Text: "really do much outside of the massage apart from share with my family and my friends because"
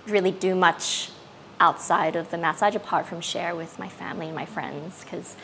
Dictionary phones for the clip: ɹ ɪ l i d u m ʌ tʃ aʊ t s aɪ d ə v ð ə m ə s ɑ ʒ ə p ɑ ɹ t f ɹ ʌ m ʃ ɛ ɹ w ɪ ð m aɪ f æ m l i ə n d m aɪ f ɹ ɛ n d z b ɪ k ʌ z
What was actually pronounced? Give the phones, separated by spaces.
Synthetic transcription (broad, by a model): ɹ ɪ l i d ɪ m ʌ tʃ aʊ t s aɪ d ə v ð ə m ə s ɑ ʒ ə p ɑ ɹ t f ɹ ʌ m ʃ ɛ ɹ w ɪ ð m aɪ f æ m l i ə n m aɪ f ɹ ɛ n d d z k ʌ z